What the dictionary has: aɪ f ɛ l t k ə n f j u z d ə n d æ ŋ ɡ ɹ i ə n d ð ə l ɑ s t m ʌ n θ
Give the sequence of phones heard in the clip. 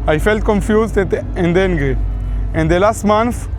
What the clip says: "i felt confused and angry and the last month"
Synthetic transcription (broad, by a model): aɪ f ɛ l t k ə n f j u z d ə n d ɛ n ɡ i ə n d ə l ɑ s t m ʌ n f